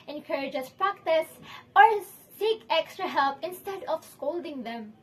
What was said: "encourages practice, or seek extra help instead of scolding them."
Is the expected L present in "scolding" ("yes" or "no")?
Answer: yes